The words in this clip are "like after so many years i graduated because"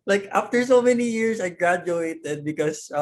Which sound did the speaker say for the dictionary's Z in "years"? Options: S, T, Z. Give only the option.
S